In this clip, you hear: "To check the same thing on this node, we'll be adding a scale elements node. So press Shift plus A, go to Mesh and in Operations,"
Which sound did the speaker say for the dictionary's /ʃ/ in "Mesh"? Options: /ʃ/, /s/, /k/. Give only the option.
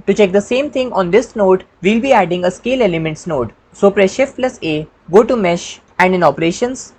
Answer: /ʃ/